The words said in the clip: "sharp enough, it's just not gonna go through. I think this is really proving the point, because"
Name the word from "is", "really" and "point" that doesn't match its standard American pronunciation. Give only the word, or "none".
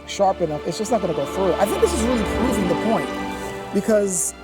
none